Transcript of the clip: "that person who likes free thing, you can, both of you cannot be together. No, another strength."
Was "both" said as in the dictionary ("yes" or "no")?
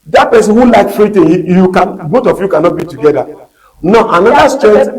no